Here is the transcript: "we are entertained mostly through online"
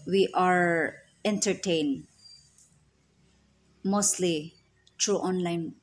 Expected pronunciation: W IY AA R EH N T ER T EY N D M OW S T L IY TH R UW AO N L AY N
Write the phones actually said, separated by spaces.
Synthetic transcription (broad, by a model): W IY AA R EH N T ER T EY N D M OW S T L IY T R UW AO N L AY N